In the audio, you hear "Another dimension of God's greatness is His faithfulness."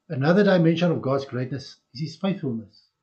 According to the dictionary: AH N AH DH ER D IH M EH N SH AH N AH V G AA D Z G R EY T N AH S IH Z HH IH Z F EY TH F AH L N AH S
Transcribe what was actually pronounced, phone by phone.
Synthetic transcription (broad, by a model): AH N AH DH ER D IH M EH N SH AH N AH V G AA D Z G R EY T N AH S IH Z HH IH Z F EY TH F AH L N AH S